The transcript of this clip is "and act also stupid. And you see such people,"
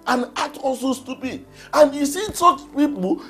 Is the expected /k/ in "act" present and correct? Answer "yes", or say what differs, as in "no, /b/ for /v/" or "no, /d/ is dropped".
no, /k/ is dropped